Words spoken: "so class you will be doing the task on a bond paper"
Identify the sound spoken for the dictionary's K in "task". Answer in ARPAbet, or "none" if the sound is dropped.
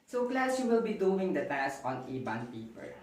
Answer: none